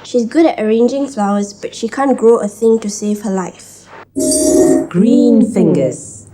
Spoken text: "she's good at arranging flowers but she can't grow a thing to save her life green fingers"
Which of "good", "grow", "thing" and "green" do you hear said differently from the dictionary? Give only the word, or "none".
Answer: grow